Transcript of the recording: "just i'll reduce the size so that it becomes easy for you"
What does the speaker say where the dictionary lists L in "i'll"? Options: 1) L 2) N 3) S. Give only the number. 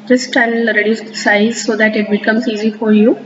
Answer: 2